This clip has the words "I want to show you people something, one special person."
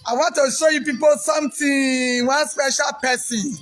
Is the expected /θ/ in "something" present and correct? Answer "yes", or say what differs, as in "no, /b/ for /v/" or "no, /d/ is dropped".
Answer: no, /t/ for /θ/